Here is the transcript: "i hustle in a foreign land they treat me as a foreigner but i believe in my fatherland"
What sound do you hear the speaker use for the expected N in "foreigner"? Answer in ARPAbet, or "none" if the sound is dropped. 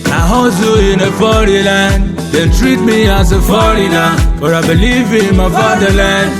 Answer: L